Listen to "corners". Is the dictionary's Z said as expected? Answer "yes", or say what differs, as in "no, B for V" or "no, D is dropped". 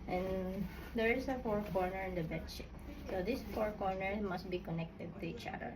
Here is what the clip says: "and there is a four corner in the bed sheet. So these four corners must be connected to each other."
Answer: no, Z is dropped